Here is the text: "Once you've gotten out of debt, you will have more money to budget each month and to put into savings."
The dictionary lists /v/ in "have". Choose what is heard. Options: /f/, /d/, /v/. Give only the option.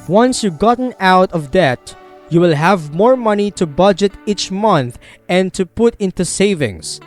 /v/